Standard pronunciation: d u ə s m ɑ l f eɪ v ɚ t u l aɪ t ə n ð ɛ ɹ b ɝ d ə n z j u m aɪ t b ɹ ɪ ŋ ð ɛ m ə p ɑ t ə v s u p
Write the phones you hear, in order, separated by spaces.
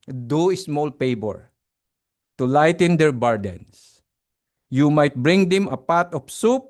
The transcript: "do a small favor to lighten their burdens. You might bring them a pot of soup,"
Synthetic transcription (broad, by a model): d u ə s m ɑ l p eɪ b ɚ t u l aɪ t ə n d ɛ ɹ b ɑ d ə n s j u m aɪ t b ɹ ɪ ŋ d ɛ m ə p ɑ t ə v s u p